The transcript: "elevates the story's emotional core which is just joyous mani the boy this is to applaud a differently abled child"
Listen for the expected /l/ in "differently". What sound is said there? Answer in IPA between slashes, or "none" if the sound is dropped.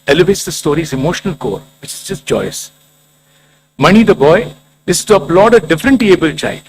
none